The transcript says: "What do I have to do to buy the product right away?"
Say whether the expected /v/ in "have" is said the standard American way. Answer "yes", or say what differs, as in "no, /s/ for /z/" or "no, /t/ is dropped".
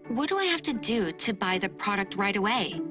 no, /f/ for /v/